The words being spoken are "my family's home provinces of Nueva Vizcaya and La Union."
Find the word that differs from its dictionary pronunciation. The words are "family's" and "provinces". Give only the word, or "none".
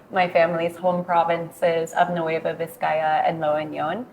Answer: none